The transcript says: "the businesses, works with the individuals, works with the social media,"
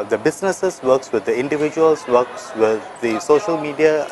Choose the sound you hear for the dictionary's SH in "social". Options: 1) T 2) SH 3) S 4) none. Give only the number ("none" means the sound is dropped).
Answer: 2